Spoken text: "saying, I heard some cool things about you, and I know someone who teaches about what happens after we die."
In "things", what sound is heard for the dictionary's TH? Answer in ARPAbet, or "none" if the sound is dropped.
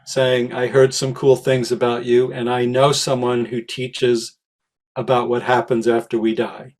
TH